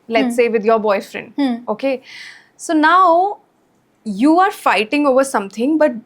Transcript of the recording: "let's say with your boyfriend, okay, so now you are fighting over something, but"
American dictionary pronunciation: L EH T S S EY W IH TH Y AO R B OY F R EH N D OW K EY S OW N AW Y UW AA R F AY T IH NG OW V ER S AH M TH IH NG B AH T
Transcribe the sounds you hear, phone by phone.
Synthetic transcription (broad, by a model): L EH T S S EY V IH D Y AO R B OY F R EH N D OW K EY S OW N AW Y UW AA R F AY T IH NG OW V ER S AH M T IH NG B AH T